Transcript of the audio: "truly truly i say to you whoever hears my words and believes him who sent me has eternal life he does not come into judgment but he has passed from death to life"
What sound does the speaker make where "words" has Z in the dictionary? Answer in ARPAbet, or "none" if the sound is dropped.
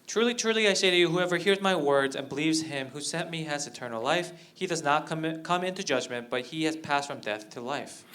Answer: Z